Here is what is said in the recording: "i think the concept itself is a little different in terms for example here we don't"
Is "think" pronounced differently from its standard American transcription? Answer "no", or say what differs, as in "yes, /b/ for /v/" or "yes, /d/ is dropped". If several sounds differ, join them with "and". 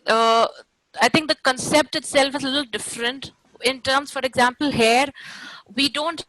yes, /t/ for /θ/